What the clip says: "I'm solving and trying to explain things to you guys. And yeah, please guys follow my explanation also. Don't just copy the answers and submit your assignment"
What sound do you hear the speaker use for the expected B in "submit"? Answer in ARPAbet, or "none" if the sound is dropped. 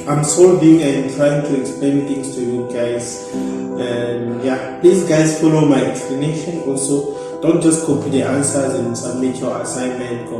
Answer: none